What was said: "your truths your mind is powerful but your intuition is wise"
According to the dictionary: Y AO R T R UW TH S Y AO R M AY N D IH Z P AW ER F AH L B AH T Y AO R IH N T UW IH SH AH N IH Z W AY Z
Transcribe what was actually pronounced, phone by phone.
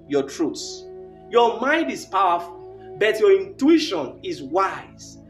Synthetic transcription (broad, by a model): Y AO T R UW T S Y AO M AY N D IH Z P AW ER F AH L B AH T Y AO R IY N T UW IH SH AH N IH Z W AY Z